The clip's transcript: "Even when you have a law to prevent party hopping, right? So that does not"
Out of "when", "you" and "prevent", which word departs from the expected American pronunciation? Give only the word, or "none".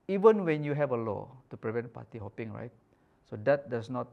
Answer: none